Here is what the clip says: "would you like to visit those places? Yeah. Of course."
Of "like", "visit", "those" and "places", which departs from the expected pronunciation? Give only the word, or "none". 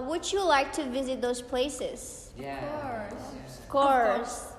none